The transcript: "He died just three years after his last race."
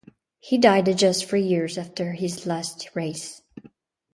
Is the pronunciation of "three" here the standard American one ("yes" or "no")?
no